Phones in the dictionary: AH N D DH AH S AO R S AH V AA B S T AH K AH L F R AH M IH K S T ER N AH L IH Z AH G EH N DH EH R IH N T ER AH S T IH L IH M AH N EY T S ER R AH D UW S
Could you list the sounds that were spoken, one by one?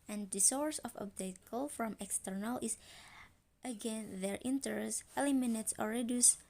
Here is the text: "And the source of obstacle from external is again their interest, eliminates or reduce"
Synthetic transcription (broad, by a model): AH N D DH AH S AO R S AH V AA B T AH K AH L F R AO M IH K S T ER N AH L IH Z AH G EH N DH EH R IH N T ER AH S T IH L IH M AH N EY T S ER R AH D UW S